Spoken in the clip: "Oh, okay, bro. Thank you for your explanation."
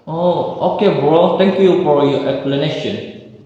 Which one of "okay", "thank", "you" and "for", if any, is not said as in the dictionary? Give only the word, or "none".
thank